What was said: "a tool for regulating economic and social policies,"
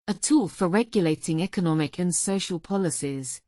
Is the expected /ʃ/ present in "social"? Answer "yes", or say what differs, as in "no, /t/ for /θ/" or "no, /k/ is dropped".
yes